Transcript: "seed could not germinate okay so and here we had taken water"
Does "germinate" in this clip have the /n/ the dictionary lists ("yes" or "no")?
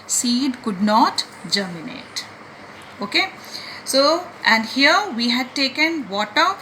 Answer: yes